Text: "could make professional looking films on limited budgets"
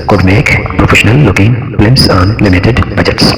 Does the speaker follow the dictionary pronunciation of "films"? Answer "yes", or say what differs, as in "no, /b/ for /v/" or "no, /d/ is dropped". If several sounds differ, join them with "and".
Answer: no, /l/ is dropped and /s/ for /z/